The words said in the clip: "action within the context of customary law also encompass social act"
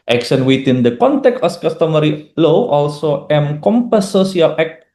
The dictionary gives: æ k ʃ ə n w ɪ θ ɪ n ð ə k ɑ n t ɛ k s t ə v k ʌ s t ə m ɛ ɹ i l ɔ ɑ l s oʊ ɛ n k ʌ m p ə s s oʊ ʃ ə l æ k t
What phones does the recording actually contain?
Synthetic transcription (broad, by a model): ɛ k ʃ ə n w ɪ t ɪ n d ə k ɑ n t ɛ k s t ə f k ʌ s t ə m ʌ ɹ i l ɔ ɑ l s oʊ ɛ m k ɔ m p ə s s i ə l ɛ k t